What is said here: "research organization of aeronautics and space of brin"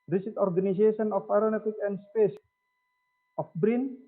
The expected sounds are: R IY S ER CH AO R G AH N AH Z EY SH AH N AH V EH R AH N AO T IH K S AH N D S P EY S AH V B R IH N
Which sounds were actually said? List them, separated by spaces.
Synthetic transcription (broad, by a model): R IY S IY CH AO R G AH N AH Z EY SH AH N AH F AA R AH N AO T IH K AH N D S P EY S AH F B R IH N